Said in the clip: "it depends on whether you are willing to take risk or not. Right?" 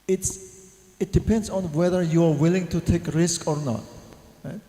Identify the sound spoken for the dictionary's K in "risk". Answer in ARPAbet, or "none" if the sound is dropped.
K